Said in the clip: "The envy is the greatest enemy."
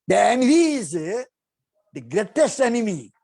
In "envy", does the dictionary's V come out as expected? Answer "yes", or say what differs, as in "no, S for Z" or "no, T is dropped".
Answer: no, V is dropped